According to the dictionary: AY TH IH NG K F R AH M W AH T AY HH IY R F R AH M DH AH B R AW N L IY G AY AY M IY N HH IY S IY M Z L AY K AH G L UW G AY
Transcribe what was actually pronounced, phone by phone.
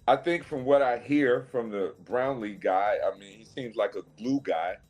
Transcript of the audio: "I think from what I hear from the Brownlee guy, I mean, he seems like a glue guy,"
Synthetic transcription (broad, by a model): AY TH IH NG K F R AH M W AH T AY HH IY R F R AH M DH AH B R AW N L IY G AY AY M IY N HH IY S IY M Z L AY K AH G L UW G AY